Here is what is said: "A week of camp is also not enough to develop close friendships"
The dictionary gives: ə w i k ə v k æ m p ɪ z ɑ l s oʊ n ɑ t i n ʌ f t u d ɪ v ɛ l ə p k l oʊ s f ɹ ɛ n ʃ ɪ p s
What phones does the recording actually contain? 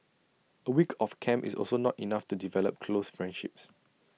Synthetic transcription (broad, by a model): ə w i k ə f k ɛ m ɪ s ɑ l s oʊ n ɑ t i n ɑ f t u d ɪ v ɛ l ə p k l oʊ s f ɹ ɛ n ʃ ɪ p s